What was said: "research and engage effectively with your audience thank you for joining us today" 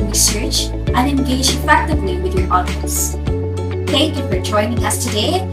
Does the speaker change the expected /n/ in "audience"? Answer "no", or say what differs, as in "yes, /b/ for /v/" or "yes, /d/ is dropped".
yes, /n/ is dropped